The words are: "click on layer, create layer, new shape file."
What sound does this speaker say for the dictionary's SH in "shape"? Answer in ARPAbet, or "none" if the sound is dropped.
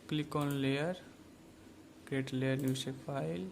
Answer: S